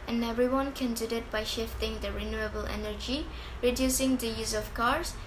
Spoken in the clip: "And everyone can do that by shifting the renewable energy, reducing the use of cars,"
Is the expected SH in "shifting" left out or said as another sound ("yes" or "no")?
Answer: no